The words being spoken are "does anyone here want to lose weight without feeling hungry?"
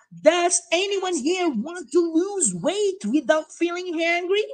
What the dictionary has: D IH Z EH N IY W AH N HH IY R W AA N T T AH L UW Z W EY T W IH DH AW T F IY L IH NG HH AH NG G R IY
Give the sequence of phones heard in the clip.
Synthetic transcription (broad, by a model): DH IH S EH N IY W AH N HH IY R W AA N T T AH L UW Z W EY T W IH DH AW T F IY L IH NG HH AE NG G R IY